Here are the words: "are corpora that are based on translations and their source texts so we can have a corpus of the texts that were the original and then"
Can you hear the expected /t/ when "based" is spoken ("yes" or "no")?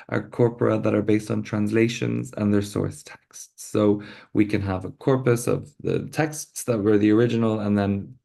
yes